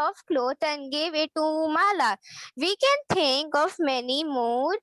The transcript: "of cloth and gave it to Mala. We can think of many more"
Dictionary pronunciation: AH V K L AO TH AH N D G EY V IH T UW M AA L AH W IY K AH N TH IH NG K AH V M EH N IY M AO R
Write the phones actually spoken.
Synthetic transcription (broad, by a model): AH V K L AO T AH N G EY V IH T UW M AA L AH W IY K AH N T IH NG K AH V M EH N IY M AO R